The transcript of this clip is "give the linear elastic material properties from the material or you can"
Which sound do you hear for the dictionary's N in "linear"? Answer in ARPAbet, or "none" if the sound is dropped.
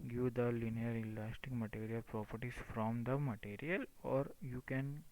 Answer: N